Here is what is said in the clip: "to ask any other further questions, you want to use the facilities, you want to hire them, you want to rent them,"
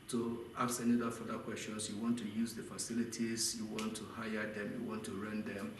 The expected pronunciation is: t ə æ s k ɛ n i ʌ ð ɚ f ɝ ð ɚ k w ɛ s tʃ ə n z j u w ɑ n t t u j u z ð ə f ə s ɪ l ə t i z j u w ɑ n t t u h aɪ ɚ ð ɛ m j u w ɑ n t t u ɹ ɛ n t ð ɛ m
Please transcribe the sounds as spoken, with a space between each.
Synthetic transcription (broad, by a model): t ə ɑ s ɛ n i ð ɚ f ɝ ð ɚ k w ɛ s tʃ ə n s j u w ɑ n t t u j u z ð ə f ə s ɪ l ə t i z j u w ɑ n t t u h aɪ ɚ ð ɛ m j u w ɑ n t t u ɹ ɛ n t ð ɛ m